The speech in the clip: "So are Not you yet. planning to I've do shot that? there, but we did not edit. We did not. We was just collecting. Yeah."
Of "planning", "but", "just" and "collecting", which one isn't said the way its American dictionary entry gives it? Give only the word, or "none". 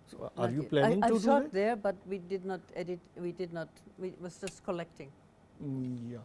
planning